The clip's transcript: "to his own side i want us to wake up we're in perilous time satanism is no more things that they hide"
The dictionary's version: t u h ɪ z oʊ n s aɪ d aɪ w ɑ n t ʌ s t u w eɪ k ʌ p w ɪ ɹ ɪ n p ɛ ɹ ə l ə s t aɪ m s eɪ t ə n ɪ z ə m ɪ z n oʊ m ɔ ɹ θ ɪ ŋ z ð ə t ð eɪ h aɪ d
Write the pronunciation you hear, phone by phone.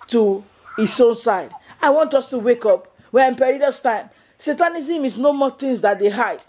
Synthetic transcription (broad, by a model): t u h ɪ s oʊ n s aɪ d aɪ w ɑ n t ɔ s t u w eɪ k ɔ p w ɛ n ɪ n p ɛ ɹ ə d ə s t aɪ m s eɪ t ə n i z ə m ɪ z n oʊ m ɔ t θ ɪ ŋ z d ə t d eɪ h aɪ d